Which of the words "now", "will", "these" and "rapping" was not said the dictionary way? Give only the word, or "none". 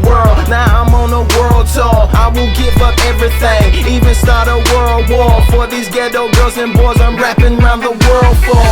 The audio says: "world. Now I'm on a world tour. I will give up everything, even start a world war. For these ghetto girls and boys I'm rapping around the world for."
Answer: none